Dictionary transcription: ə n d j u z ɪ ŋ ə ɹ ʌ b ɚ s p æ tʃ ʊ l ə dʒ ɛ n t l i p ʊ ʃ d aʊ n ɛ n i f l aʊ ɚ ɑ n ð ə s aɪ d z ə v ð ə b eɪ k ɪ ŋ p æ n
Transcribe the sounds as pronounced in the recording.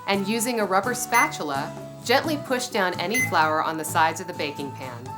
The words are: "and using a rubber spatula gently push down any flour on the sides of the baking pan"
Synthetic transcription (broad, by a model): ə n j u z ɪ ŋ ə ɹ ʌ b ɚ s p æ tʃ l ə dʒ ɛ n t l i p ʊ ʃ d aʊ n ɛ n i f l aʊ ɚ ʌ n ð ə s aɪ d z ə v ð ə b eɪ k ɪ ŋ p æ n